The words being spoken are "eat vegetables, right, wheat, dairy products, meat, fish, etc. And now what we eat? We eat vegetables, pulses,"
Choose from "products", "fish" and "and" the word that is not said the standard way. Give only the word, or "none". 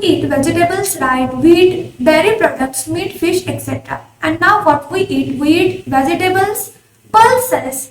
none